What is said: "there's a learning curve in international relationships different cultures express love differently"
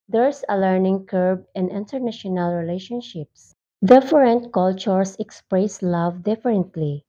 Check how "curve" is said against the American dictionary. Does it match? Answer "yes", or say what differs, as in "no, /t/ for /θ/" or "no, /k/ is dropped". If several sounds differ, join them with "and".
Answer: no, /b/ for /v/